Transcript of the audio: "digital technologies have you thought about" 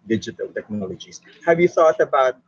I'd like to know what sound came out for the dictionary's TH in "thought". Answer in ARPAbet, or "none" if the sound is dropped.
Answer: TH